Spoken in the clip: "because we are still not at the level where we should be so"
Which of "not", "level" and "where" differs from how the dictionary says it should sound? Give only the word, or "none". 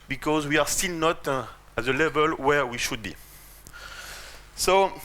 none